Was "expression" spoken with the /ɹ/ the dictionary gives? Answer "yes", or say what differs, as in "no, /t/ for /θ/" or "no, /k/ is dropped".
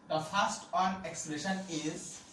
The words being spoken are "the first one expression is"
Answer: no, /l/ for /ɹ/